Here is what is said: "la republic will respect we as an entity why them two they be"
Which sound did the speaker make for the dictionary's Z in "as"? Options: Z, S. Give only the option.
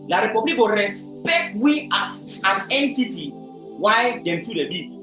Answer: S